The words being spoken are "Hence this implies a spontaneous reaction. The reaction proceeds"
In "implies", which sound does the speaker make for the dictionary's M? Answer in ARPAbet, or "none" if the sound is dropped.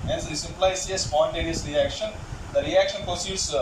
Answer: none